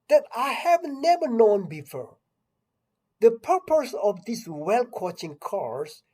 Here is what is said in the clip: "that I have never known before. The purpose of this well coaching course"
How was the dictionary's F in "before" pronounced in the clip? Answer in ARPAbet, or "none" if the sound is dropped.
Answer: F